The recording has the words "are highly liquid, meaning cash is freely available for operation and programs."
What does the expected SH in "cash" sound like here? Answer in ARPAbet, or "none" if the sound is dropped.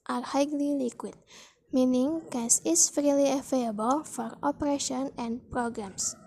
S